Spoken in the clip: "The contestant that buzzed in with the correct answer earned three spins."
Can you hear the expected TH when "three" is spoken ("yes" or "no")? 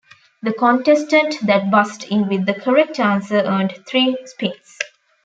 no